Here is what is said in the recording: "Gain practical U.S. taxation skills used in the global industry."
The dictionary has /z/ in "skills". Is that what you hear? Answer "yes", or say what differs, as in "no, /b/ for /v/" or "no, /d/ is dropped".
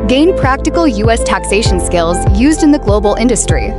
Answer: yes